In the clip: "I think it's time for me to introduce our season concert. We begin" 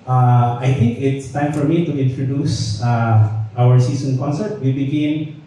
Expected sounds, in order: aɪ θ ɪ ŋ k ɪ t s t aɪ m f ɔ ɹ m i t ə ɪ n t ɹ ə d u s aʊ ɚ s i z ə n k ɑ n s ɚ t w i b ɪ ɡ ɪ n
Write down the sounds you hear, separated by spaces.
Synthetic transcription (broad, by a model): aɪ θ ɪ ŋ k ɪ t s t aɪ m f ɔ ɹ m i t ə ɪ n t ɹ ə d u s aʊ ɚ s i s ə n k ɑ n s ɚ t w i b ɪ ɡ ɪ n